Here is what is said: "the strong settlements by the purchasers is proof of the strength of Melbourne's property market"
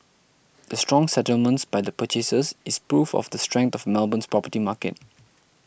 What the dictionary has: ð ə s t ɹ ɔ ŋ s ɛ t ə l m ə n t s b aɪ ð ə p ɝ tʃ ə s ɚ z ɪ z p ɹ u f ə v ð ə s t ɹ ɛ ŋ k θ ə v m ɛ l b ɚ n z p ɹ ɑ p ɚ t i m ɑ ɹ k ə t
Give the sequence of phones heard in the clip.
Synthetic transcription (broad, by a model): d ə s t ɹ ɔ ŋ s ɛ t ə l m ə n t s b aɪ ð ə p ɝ tʃ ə s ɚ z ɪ s p ɹ u f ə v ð ə s t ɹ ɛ ŋ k t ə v m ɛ l b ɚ n s p ɹ ɑ p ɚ t i m ɑ k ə t